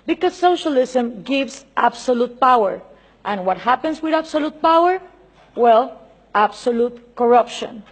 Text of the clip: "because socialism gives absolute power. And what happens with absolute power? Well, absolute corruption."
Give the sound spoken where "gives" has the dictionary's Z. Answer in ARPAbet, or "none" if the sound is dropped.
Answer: S